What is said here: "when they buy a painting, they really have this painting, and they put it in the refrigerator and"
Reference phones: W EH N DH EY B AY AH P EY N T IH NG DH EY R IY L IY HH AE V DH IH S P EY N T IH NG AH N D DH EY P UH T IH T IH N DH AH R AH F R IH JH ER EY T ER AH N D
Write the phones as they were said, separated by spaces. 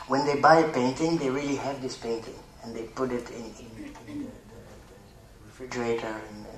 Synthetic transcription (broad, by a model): W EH N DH EY B AY AH P EY N T IH NG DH EY R IY L IY HH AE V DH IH S P EY N T IH NG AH N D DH EY P UH T IH T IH N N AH R AH F R IH JH ER EY T ER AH N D